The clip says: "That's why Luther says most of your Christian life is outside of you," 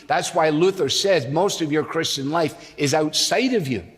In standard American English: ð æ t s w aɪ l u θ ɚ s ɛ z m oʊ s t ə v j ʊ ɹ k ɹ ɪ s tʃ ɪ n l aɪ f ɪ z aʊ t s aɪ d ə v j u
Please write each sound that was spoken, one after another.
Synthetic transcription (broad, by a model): ð æ t s w aɪ l u θ ɚ s ɛ z m oʊ s t ə v j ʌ ɹ k ɹ ɪ s tʃ ɪ n l aɪ f ɪ z aʊ t s aɪ d ə v j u